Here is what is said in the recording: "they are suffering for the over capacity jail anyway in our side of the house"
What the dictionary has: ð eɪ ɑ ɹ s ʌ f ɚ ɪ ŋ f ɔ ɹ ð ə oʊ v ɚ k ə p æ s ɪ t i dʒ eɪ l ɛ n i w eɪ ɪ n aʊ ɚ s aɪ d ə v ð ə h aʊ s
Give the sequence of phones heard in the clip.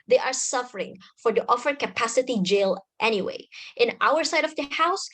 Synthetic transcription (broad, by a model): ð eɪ ɑ ɹ s ʌ f ɚ ɪ ŋ f ɔ ɹ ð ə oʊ f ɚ k ə p æ s ɪ t i dʒ eɪ l ɛ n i w eɪ ɪ n aʊ ɚ s aɪ d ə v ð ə h aʊ s